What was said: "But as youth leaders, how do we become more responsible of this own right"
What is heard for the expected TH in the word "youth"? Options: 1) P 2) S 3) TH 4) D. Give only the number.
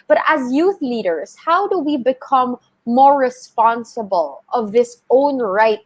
3